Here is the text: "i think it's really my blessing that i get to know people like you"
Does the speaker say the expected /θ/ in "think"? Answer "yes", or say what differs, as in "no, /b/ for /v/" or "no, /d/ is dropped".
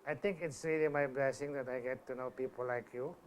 no, /t/ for /θ/